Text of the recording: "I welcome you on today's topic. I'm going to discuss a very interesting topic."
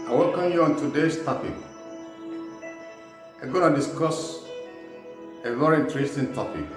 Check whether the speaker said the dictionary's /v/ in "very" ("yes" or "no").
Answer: yes